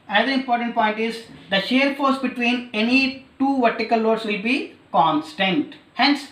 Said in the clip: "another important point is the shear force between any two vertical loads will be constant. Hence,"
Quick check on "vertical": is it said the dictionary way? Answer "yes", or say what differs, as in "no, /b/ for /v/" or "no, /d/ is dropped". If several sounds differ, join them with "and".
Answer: yes